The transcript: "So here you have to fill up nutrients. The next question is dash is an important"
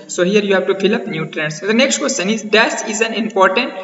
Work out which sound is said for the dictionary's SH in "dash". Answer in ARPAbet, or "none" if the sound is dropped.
S